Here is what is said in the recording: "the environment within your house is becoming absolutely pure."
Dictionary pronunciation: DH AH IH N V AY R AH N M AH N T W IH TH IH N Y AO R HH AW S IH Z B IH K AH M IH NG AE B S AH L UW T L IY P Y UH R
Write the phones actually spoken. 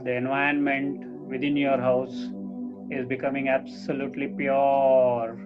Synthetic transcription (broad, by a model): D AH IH N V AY AH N M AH N T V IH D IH N Y AO R HH AW S IH Z B IH K AH M IH NG AE B S AH L UW T L IY P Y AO R